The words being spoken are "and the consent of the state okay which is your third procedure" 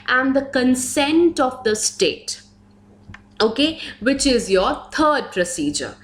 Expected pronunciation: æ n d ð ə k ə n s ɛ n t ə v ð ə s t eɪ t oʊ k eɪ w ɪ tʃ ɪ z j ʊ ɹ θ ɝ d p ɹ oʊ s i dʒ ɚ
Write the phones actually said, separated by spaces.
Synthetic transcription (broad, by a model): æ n d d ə k ə n s ɛ n t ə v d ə s t eɪ t oʊ k eɪ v ɪ tʃ ɪ z j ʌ ɹ t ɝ d p ɹ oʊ s i dʒ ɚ